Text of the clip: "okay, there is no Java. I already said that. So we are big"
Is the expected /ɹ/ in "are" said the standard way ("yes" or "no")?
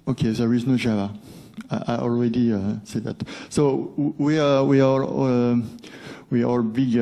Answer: no